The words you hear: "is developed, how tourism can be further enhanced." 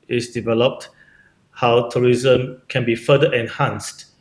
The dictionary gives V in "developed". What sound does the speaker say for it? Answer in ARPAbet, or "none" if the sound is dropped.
V